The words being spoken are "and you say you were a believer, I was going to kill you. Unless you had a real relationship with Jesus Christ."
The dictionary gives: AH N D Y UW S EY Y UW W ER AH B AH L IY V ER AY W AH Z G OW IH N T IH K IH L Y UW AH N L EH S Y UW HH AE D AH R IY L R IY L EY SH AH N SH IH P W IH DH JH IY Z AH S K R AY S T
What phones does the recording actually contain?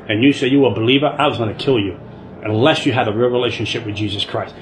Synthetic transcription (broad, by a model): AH N Y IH S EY Y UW W ER B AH L IY V ER AY W AH Z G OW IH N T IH K IH L Y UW AH N L EH S Y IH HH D AH R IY R IY L EY SH AH N SH IH P W IH DH JH IY Z AH S K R AY S T